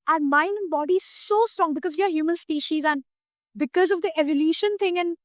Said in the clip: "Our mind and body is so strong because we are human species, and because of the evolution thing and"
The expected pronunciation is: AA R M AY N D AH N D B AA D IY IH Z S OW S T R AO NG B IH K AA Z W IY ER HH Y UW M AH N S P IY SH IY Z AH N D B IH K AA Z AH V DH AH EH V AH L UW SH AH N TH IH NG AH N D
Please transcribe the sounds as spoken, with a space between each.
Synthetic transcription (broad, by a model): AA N M AY N D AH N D B AA D IY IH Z S OW S T R AO NG B IH K AA Z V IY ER HH Y UW M AH N S P IY SH IY Z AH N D B IH K AA Z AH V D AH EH V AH L UW SH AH N T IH NG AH N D